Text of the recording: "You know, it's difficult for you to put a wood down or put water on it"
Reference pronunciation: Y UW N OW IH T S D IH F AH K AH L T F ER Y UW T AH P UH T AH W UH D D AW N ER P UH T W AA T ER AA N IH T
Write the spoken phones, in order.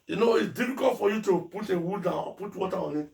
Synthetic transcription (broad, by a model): Y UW N OW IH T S D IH F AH K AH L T F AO Y UW T AH P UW T AH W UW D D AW AO P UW T W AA T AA AA N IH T